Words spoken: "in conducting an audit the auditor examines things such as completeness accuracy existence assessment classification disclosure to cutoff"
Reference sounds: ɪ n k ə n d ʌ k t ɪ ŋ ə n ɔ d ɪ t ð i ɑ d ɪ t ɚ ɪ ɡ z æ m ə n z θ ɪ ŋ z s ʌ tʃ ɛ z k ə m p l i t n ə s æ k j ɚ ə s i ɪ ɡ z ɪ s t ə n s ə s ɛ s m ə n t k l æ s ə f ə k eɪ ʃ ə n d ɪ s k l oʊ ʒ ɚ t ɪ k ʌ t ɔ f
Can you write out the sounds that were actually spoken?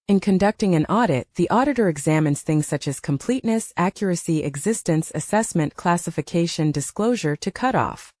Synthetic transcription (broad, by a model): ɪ n k ə n d ʌ k t ɪ ŋ ə n ɔ d ɪ t ð i ɑ d ɪ t ɚ ɪ ɡ z æ m ə n z θ ɪ ŋ z s ʌ tʃ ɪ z k ə m p l i t n ə s æ k j ɚ ə s i ɪ ɡ z ɪ s t ə n s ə s ɛ s m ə n k l æ s ə f ə k eɪ ʃ ə n d ɪ s k l oʊ ʒ ɚ t ɪ k ʌ t ɔ f